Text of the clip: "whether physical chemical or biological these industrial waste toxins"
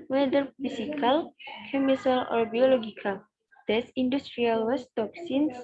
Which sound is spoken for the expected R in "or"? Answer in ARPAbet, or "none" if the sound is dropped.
R